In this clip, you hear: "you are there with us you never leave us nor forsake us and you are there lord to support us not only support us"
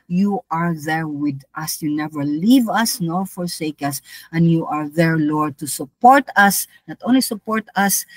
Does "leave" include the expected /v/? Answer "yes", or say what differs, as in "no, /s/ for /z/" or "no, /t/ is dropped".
yes